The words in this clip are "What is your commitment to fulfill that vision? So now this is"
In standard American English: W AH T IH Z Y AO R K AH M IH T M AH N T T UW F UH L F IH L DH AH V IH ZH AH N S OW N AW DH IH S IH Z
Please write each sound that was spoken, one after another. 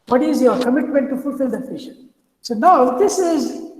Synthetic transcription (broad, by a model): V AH T IH Z Y AO R K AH M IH T M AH N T T UW F UH L F IH L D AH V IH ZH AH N S OW N AW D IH S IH Z